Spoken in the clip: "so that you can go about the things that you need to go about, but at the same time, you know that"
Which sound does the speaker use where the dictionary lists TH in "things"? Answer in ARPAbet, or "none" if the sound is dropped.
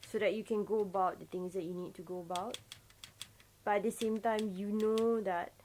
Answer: T